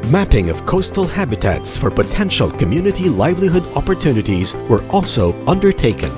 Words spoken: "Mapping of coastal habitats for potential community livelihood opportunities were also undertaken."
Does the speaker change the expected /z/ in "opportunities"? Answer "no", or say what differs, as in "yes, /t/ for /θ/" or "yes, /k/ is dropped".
no